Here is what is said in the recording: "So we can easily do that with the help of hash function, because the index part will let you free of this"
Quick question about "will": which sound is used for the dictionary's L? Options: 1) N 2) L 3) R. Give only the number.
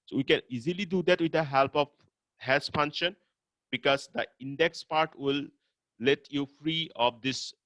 2